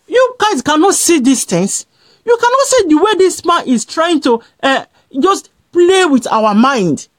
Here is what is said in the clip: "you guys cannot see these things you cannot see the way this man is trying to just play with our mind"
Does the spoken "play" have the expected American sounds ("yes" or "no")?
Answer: yes